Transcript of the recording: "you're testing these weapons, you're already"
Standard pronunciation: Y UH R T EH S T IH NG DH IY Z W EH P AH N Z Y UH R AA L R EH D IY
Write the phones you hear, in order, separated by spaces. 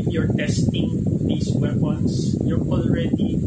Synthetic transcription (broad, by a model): Y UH R T EH S T IH NG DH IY S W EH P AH N S Y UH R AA L R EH D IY